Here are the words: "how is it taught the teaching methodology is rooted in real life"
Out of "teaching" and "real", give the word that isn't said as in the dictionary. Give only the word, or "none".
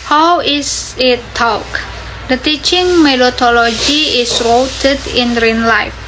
real